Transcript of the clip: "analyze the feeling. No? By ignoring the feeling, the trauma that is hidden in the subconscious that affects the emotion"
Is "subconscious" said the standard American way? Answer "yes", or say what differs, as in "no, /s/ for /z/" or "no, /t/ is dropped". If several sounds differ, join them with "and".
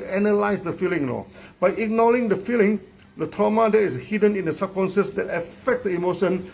no, /s/ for /ʃ/